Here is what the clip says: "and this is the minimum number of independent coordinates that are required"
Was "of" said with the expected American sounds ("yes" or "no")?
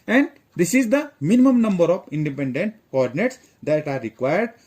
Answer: no